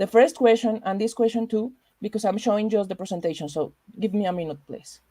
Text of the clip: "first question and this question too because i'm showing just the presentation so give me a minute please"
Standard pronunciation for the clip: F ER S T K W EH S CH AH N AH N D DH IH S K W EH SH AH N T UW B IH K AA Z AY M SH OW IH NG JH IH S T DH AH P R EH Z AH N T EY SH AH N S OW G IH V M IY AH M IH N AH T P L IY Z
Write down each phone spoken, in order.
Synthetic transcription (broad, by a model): F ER S T K W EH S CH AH N AH N D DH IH S K W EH S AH N T UW B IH K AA S AY M SH OW IH NG JH IH S T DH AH P R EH S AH N T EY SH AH N S OW G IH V M IY AH M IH N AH T P L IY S